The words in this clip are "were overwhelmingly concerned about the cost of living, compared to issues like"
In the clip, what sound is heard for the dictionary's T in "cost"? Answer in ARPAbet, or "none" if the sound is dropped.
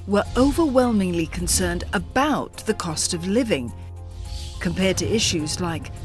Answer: T